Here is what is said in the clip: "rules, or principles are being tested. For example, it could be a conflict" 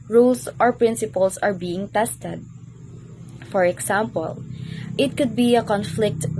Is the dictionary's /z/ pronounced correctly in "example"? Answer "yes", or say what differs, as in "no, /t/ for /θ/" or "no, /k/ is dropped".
no, /s/ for /z/